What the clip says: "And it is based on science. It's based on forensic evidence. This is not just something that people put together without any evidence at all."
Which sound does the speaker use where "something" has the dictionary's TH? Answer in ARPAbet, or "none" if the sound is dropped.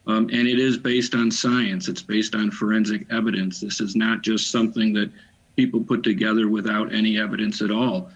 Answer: TH